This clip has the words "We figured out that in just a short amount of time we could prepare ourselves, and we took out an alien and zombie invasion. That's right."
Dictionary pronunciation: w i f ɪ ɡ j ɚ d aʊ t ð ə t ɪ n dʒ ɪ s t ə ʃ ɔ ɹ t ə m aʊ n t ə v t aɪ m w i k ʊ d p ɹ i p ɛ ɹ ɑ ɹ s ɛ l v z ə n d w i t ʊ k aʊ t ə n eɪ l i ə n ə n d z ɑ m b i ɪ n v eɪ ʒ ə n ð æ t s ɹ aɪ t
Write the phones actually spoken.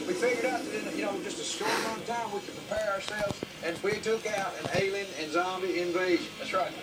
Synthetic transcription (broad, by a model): w i f ɪ ɡ j ɚ d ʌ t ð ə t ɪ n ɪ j ə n ɔ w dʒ ə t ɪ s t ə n t aɪ m w i k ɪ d p ɹ i p ɛ ɹ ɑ ɹ s ɛ l v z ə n w i t ʊ k aʊ t ə n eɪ l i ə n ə n z ɑ m b i ɪ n v eɪ ʒ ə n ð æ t s ɹ aɪ t